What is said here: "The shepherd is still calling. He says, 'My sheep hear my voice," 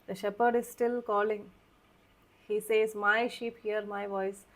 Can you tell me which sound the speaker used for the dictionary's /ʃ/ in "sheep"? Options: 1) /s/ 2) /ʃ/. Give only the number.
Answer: 2